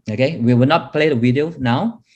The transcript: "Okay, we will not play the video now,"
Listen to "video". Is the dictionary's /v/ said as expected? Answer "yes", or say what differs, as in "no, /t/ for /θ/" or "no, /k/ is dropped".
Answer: no, /w/ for /v/